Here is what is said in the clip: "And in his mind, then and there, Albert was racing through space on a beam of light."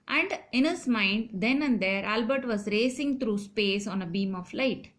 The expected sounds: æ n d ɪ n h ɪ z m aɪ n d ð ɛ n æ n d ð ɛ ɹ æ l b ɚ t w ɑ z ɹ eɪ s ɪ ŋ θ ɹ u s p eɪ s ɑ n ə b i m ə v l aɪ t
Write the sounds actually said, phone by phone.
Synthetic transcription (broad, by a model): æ n d ɪ n h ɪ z m aɪ n d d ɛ n æ n d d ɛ ɹ æ l b ɚ t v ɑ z ɹ eɪ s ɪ ŋ t ɹ u s p eɪ s ɑ n ə b i m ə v l aɪ t